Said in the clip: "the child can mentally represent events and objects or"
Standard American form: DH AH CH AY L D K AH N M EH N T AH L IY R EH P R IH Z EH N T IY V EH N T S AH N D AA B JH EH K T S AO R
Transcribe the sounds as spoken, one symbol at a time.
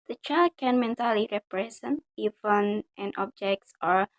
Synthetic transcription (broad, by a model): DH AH CH AY L D K AH N M EH N T AH L IY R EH P R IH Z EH N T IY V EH N T AH N AA B JH EH K T S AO R